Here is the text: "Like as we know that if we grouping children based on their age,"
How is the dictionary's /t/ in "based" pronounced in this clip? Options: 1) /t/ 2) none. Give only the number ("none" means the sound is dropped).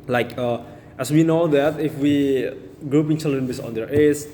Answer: 2